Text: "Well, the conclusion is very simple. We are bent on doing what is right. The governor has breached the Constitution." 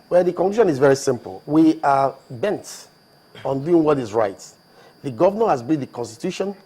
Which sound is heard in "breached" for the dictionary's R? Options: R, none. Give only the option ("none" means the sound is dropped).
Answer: none